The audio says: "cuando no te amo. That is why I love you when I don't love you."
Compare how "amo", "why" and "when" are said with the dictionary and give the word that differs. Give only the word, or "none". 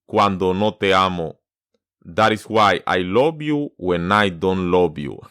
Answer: none